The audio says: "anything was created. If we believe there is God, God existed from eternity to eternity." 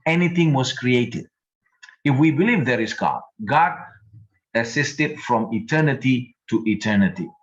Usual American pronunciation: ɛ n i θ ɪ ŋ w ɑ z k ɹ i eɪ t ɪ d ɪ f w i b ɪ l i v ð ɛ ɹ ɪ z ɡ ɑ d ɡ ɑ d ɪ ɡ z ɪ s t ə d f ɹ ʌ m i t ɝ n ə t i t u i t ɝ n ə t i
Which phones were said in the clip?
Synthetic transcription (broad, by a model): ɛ n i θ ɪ ŋ w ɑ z k ɹ i eɪ t ɪ d ɪ f w i b ɪ l i v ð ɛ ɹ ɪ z ɡ ɑ d ɡ ɑ d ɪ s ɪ s t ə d f ɹ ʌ m i t ɝ n ə t i t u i t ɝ n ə t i